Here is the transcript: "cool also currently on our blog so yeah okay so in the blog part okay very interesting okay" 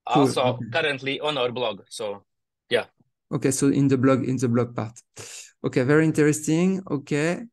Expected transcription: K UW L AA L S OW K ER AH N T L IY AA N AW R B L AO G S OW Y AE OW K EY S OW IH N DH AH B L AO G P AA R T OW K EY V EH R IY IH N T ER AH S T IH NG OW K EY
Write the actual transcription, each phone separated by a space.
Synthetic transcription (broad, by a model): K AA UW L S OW K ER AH N T L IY AA N AW R B L AO G S OW Y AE OW K EY S OW IH N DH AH B L AO G P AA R T OW K EY V EH R IY IH N T ER AH S T IH NG OW K EY